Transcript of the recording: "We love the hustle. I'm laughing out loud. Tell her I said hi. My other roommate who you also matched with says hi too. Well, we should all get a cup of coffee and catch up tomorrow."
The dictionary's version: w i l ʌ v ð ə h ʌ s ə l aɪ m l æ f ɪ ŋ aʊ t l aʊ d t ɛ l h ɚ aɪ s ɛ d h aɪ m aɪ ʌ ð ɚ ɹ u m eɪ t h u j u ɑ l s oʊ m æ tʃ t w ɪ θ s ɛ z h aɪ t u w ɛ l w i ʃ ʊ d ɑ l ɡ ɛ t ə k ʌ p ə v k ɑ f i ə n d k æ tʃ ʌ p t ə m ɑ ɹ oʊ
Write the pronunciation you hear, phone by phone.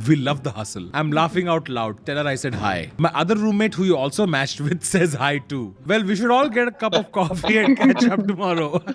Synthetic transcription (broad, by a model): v i l ʌ v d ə h ʌ s ə l aɪ m l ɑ f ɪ ŋ aʊ t l aʊ d t ɛ l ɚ aɪ s ɛ d h aɪ m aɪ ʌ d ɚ ɹ u m eɪ t h u j u ɑ l s oʊ m æ tʃ t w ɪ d s ɛ z h aɪ t u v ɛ l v i ʃ ʊ d ɑ l ɡ ɛ t ə k ʌ p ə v k ɑ f i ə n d k æ tʃ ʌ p t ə m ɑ ɹ oʊ